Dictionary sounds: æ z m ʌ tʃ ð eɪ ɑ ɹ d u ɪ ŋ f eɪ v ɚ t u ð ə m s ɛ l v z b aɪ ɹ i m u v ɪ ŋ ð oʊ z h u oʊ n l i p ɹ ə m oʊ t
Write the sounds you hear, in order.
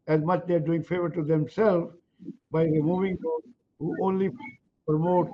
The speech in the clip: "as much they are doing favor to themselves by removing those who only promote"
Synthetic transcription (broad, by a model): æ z m ʌ tʃ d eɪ ɑ ɹ d u ɪ ŋ f eɪ v ɚ t u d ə m s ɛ l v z b aɪ ɹ i m u v ɪ ŋ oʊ h u oʊ n l i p ɹ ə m oʊ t